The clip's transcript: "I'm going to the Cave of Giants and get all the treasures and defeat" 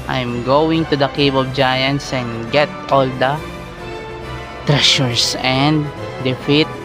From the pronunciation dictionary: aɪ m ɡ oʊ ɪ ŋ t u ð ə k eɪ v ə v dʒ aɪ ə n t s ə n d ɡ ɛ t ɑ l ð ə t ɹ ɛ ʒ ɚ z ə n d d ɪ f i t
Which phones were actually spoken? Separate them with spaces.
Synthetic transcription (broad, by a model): aɪ m ɡ oʊ ɪ ŋ t u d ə k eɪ b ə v dʒ aɪ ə n s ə n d ɡ ɛ t ɑ l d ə t ɹ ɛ ʃ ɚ s ə n d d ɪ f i t